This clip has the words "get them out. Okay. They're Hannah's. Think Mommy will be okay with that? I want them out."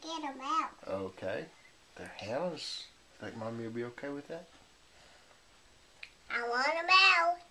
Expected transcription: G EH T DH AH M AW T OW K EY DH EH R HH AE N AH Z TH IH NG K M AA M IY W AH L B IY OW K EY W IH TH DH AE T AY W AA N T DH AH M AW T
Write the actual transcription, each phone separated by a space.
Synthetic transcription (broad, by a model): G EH T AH M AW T OW K EY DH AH R HH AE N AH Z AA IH K M AA M IY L B IY OW K EY W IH DH AE T AY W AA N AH M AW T